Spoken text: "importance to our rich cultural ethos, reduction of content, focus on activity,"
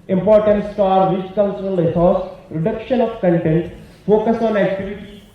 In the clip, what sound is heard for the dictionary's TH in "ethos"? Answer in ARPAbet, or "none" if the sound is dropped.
S